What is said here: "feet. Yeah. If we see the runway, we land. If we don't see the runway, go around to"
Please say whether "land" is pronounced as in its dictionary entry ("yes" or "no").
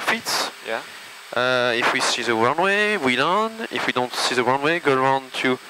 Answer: no